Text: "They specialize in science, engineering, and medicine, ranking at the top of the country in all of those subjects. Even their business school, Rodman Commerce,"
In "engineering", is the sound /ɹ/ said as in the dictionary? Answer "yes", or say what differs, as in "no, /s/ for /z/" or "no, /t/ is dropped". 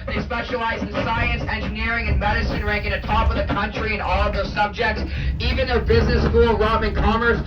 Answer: yes